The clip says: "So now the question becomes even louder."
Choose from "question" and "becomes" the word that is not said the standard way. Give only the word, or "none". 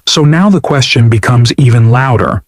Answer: none